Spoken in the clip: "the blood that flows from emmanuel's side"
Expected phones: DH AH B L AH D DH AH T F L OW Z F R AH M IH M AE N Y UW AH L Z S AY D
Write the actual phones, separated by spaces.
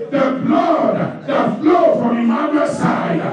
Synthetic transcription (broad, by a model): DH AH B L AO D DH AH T F L OW F R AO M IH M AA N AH S AY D